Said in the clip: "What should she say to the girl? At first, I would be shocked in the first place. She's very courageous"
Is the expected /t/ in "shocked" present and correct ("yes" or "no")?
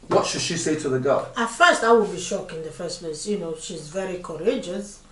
no